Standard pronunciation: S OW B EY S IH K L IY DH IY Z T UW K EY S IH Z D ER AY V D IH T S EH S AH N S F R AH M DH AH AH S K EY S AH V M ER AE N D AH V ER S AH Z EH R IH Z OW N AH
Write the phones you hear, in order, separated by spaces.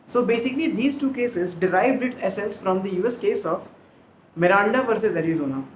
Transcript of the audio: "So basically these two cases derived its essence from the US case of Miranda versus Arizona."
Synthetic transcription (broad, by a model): S OW B EY S IH K L IY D IY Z T UW K EY S IH Z D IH AY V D IH T S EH S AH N S F R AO M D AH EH S K EY S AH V M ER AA N D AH P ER S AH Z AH R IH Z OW N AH